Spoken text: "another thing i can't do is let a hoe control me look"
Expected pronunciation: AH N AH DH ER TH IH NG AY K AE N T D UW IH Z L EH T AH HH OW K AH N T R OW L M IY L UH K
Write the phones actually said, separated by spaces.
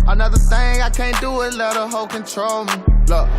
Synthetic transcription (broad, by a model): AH N AH DH ER TH IH NG AY K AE N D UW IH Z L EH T AH HH OW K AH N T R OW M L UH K